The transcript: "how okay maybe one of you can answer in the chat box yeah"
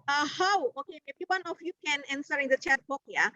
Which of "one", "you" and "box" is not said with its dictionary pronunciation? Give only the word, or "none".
box